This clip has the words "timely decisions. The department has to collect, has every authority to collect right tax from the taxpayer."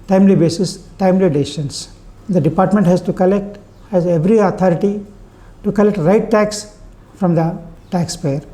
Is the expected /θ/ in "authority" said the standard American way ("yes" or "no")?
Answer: no